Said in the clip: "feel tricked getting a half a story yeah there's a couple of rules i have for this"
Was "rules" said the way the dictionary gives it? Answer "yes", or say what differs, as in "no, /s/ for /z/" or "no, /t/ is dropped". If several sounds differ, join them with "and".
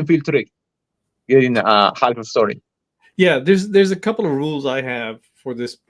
yes